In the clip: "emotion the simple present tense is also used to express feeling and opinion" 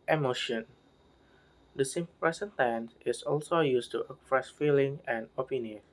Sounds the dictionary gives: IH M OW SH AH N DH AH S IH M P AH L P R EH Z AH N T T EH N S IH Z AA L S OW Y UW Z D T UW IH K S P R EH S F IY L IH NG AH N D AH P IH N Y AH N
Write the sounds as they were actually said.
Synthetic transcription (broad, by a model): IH M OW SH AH N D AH S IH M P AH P R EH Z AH N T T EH N IH S AA L S OW Y UW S T UW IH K P R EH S F IY L IH NG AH N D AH P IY N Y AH N